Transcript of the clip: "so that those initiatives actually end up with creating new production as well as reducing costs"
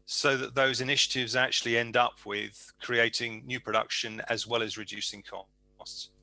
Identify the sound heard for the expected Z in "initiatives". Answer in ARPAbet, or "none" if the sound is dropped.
Z